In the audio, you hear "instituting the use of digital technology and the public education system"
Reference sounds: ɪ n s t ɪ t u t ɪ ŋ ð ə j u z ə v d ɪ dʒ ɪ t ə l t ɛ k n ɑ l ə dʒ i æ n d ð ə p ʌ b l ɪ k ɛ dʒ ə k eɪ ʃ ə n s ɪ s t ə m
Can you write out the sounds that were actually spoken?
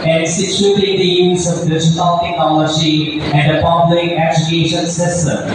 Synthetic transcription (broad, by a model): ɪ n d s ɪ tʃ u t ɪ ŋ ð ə j u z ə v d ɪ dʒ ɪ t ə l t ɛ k ɑ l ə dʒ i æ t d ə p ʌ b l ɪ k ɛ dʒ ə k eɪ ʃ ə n s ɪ s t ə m